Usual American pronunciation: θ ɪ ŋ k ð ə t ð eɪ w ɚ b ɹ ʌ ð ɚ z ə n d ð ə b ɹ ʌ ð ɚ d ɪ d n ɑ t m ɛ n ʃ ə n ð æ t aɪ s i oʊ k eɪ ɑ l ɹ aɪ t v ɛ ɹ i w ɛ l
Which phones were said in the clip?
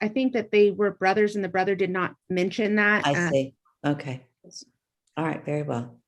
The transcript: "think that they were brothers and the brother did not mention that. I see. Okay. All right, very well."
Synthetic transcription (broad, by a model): θ ɪ ŋ k ð ə t ð eɪ w ɚ b ɹ ʌ ð ɚ z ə n ð ə b ɹ ʌ ð ɚ d ɪ d n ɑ t m ɛ n ʃ ə n ð æ t aɪ s i oʊ k eɪ ɑ l ɹ aɪ t v ɛ ɹ i w ɛ l